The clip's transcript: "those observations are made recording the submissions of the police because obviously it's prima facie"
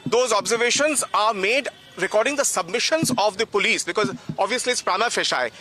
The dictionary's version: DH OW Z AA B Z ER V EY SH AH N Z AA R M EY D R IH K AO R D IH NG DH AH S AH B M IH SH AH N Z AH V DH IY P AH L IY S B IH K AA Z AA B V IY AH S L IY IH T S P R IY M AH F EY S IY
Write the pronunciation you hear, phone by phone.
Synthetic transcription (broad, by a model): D OW Z AA B Z ER V EY SH AH N Z AA R M EY D R IH K AO R D IH NG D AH S AH B M IH SH AH N Z AH V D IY P AH L IY S B IH K AA Z AA B V IY AH S L IY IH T S P R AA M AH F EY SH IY